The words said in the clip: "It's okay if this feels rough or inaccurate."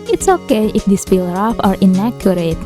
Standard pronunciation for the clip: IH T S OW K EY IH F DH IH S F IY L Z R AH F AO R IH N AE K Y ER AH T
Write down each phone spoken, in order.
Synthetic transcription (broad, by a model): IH T S OW K EY IH F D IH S P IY L R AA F AO R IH N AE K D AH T